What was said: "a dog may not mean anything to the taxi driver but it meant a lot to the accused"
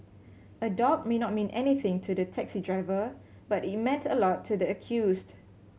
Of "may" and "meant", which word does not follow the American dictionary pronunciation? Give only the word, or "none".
none